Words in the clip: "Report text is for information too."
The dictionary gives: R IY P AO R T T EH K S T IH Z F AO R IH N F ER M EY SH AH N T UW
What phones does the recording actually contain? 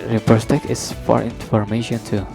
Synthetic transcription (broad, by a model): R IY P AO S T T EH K T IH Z F AO R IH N F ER M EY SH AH N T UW